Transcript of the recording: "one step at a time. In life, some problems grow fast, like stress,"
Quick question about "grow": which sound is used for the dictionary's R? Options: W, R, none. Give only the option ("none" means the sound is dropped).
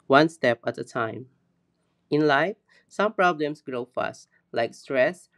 R